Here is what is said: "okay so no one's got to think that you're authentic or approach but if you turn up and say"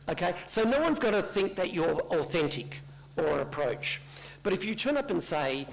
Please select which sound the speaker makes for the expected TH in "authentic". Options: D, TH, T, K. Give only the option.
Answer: TH